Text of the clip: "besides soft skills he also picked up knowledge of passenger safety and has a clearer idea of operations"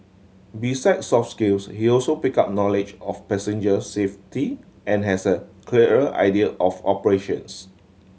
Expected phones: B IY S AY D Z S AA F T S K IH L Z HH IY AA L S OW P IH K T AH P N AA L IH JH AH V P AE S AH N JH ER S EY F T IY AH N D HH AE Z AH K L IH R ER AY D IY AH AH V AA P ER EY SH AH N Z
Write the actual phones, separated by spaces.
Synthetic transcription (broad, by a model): B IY S AY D S AA F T S K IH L S HH IY AA L S OW P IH K AA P N AA L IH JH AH F P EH S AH N JH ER S EY F T IY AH N HH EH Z AH K L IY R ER AY D IY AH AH F AA P ER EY SH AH N S